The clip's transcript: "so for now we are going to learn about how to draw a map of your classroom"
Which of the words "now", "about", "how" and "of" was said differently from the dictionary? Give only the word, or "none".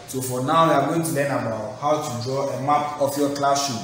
of